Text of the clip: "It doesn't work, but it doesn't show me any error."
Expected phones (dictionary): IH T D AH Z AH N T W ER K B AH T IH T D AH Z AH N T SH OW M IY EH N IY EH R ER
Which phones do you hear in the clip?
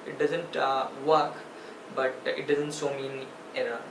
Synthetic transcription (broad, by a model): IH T D AH Z AH N T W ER K B AH T IH T D AH Z AH N T S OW M IY N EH R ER